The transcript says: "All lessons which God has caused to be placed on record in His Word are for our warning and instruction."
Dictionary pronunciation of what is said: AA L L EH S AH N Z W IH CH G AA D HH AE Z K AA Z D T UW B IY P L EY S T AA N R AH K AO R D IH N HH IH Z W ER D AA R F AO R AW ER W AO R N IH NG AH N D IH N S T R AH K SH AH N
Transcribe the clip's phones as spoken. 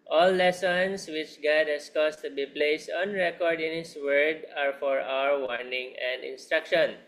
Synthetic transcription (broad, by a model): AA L L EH S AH N S W IH CH G AA D HH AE S K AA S T UW B IY P L EY S T AA N R AH K AO R D IH N HH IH S W ER D AA R F AO R AW ER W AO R N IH NG AH N D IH N S T R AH K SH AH N